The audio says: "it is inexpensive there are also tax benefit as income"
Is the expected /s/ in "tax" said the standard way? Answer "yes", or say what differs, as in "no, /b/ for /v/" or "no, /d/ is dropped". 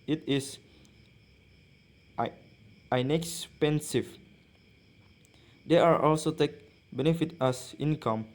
no, /s/ is dropped